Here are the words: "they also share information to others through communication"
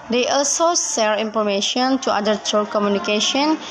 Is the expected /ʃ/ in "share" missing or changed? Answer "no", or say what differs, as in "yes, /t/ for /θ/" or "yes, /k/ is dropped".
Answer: yes, /s/ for /ʃ/